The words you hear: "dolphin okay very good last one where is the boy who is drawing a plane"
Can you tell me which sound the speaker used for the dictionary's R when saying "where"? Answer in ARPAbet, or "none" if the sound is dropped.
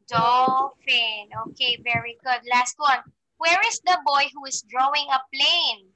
R